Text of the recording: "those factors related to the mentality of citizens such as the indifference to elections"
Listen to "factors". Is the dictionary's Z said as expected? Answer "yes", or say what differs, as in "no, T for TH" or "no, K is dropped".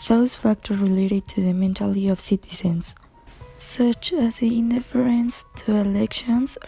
no, Z is dropped